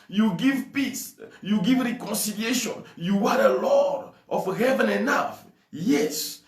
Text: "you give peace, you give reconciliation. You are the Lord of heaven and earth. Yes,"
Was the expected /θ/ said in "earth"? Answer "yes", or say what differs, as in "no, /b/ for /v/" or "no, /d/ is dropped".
no, /f/ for /θ/